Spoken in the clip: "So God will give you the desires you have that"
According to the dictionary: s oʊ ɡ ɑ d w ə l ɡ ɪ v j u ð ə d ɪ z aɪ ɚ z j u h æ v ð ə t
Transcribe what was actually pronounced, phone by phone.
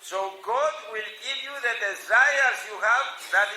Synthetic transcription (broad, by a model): s oʊ ɡ ɑ d w ə l ɡ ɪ v j u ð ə d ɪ z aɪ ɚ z j u h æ v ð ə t